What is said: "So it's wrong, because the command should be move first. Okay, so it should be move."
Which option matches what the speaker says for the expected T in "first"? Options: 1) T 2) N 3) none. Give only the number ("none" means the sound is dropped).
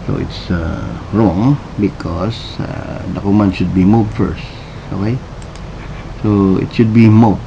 1